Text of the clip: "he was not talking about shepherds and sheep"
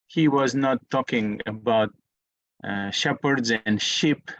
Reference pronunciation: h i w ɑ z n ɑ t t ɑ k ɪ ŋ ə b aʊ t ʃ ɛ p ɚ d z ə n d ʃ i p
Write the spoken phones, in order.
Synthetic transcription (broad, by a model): h i w ɑ z n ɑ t t ɑ k ɪ ŋ ə b aʊ t ʃ ɛ p ɚ d z ə n d ʃ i p